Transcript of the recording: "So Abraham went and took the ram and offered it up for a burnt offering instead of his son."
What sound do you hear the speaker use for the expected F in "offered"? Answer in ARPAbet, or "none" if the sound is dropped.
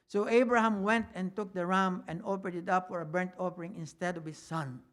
P